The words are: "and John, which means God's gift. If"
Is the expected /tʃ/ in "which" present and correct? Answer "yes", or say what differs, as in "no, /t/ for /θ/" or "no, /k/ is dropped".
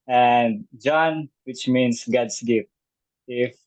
yes